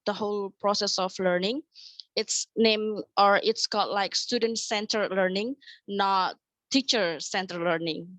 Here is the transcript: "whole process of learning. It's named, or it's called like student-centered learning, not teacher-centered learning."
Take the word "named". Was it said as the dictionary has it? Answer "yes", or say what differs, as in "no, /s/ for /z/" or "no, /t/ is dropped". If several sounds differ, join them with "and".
no, /d/ is dropped